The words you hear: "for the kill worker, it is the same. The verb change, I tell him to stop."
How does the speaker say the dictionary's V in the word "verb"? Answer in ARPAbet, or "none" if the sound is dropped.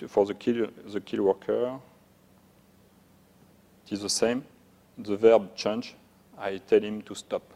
V